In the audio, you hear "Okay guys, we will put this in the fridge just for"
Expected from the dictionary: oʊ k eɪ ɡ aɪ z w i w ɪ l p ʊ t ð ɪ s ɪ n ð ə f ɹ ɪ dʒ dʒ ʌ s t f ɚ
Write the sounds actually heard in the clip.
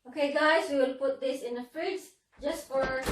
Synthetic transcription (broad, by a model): oʊ k eɪ ɡ aɪ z w i w ɪ l p ʊ t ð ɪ s ɪ n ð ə f ɹ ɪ z dʒ ʌ s t f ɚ